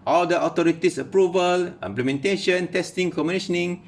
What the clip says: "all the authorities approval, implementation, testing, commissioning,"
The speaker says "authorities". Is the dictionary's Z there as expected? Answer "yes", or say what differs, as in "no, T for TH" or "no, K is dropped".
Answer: no, S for Z